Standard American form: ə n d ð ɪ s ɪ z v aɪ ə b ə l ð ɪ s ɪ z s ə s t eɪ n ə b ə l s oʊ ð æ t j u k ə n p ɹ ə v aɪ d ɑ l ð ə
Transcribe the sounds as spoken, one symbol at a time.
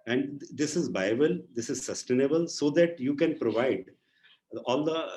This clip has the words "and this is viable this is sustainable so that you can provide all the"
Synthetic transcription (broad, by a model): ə n d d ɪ s ɪ z b aɪ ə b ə l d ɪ s ɪ z s ə s t eɪ n ə b ə l s oʊ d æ t j u k ə n p ɹ ə v aɪ d ɑ l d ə